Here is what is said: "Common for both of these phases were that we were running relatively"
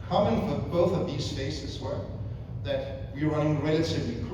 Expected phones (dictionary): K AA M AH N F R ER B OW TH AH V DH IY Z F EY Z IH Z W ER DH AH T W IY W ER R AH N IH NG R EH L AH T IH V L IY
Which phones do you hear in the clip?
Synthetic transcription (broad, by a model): K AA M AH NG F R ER B OW TH AH V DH IY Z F EY S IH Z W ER DH AH T W IY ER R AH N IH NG R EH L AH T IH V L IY